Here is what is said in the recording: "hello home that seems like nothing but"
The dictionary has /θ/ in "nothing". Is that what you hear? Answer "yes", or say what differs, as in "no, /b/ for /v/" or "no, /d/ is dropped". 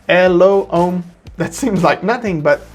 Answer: yes